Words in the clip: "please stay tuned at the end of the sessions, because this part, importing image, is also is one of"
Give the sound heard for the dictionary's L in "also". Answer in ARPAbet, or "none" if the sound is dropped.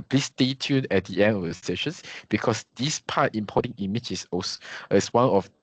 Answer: none